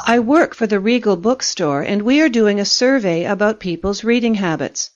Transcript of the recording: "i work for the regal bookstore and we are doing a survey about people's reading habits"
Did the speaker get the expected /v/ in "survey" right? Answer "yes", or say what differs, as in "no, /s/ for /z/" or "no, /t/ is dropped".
yes